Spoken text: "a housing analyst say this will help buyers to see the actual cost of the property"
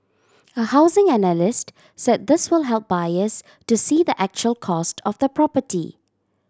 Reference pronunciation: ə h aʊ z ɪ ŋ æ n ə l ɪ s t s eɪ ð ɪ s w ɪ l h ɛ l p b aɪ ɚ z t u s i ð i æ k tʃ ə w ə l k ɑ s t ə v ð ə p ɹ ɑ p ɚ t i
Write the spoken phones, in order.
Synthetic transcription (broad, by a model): ə h aʊ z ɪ ŋ æ n ə l ɪ s t s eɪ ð ɪ s w ɪ l h ɛ l p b aɪ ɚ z t u s i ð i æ k tʃ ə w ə l k ɑ s t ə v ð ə p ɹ ɑ p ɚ t i